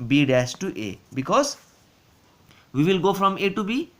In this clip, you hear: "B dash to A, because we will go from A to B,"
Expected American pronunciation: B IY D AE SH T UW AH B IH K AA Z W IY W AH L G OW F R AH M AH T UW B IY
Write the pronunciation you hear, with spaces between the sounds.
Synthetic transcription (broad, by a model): B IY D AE S T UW AH B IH K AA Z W IY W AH L G OW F R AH M AH T UW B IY